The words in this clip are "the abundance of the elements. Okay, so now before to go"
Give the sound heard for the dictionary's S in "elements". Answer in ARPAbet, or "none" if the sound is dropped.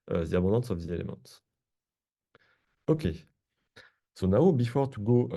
none